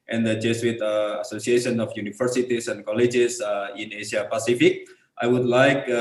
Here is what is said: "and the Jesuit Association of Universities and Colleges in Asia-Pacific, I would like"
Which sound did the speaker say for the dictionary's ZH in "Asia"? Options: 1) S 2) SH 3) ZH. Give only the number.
1